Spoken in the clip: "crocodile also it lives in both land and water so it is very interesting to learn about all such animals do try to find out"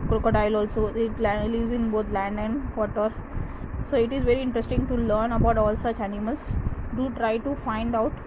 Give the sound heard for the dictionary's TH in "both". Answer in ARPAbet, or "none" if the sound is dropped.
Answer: T